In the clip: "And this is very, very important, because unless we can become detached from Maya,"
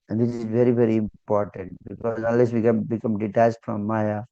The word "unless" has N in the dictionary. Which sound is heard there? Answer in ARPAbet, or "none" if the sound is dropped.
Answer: none